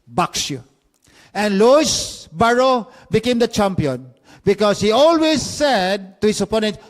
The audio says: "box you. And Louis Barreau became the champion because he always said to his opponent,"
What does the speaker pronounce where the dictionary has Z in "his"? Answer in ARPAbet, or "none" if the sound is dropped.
S